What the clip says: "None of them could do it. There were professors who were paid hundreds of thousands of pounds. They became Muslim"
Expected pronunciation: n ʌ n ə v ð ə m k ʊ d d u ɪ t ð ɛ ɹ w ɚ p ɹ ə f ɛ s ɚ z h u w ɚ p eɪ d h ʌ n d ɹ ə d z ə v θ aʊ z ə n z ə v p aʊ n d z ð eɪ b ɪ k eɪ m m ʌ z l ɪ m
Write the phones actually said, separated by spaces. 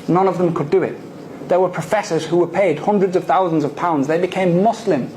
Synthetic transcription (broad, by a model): n ʌ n ə v ð ə m k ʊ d d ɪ ɪ t ð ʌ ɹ w ɚ p ɹ ə f ɛ s ɚ z h u w ɚ p eɪ d h ʌ n d ɹ ə d z ə v θ aʊ z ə n z ə v p aʊ n d z ð eɪ b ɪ k eɪ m m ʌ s l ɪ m